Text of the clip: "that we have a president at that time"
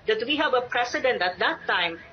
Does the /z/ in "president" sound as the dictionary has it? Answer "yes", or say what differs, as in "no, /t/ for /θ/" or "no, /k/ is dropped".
no, /s/ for /z/